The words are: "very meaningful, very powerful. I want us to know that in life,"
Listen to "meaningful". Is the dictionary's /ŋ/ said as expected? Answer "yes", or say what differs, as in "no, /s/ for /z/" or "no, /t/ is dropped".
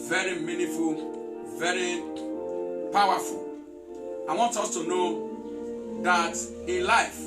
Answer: no, /ŋ/ is dropped